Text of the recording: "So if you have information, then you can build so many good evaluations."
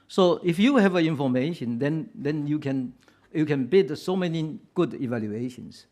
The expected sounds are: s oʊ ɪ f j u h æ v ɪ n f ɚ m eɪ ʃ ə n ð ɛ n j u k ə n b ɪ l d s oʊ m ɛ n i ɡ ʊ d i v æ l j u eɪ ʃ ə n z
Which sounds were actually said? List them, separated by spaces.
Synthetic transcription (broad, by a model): s oʊ ɪ f j u h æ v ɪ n f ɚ m eɪ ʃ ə n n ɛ n j u k ə n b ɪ d s oʊ m ɛ n i ɡ ʊ d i v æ l j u eɪ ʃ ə n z